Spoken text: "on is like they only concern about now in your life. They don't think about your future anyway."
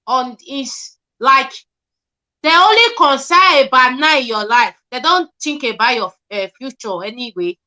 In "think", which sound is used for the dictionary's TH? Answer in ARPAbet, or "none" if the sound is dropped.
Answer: T